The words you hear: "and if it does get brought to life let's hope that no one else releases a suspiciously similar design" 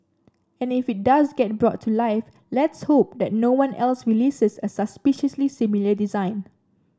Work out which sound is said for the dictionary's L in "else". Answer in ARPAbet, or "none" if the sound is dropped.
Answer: L